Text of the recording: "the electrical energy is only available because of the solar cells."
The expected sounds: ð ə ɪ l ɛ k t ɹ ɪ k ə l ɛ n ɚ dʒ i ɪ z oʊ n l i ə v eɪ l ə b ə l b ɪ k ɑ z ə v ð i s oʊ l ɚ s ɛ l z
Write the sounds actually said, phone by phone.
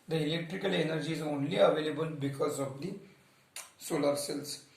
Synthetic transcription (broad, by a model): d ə ɪ l ɛ k t ɹ ɪ k ə l ɛ n ɚ dʒ i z oʊ n l i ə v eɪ l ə b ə l b ɪ k ɑ z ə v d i s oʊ l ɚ s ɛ l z